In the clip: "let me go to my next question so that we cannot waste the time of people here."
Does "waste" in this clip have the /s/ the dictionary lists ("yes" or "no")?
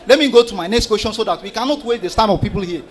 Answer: no